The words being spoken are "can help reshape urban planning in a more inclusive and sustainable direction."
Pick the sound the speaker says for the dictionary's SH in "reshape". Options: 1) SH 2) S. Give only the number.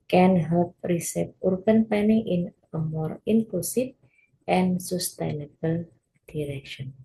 2